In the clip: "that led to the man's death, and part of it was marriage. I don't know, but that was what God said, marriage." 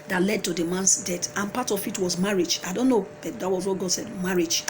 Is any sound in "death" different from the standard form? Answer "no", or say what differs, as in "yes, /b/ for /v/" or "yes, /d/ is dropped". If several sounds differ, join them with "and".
yes, /t/ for /θ/